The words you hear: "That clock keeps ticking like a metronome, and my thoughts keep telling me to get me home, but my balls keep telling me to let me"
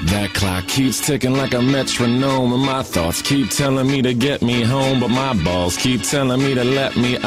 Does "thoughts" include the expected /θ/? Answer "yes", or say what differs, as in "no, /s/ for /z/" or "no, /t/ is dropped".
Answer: yes